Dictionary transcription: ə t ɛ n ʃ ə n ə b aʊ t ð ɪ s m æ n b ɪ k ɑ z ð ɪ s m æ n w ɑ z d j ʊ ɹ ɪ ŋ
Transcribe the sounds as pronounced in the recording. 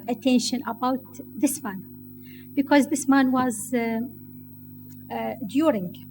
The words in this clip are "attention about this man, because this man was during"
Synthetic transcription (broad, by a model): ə t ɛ n ʃ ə n ə b aʊ t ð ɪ s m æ n b ɪ k ɑ z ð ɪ s m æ n w ɑ z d j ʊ ɹ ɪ ŋ